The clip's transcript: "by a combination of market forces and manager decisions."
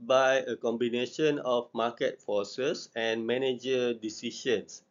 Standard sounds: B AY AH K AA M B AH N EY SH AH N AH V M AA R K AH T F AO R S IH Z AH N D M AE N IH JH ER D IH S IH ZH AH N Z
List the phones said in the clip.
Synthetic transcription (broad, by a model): B AY AH K AA M B AH N EY SH AH N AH F M AA K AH T F AO S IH S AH N M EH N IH JH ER D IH S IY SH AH N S